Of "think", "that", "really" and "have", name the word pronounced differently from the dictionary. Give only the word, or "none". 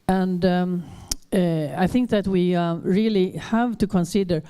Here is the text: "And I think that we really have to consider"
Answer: none